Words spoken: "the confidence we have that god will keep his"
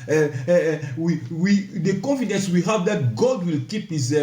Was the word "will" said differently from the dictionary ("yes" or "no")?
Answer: no